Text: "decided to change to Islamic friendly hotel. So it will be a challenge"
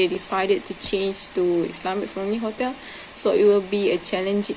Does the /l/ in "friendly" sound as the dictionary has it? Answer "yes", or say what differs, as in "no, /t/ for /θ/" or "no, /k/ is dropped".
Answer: no, /l/ is dropped